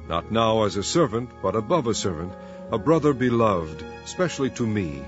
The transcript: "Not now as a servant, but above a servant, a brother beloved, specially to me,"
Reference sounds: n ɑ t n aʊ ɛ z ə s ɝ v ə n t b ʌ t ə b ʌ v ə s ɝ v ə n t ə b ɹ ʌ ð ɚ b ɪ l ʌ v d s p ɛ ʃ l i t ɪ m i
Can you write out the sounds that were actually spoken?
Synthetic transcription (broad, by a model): n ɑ t n aʊ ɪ z ə s ɝ v ə n t b ʌ t ə b ʌ v ə s ɝ v ə n t ə b ɹ ʌ ð ɚ b ɪ l ʌ v d s p ɛ ʃ l i t ɪ m i